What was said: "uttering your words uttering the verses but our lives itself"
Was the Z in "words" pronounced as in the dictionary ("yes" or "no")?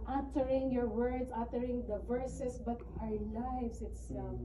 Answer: no